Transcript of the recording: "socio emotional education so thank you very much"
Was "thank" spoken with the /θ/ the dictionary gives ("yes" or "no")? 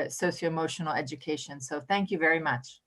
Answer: yes